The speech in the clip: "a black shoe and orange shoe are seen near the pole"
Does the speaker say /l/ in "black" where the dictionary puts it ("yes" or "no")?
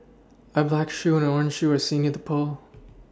yes